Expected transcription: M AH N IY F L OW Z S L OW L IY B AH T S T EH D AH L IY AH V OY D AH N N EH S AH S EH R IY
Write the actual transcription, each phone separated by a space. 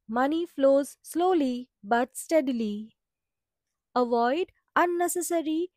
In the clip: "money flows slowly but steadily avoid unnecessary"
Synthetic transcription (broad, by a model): M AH N IY F L OW Z S L OW L IY B AH T S T EH D AH L IY AH V OY D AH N N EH S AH S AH R IY